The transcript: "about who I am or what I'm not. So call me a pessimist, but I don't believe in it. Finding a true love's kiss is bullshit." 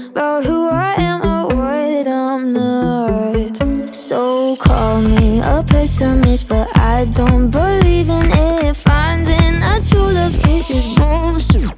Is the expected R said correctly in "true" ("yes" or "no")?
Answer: no